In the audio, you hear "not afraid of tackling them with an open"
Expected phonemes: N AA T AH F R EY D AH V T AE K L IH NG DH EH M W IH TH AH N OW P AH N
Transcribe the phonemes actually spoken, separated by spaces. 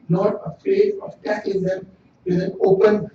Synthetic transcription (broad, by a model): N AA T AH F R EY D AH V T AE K IH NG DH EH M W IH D AH N OW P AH N